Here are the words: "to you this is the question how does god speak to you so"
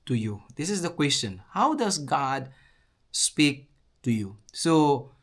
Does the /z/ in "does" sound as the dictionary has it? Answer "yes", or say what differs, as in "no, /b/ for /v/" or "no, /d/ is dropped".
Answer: no, /s/ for /z/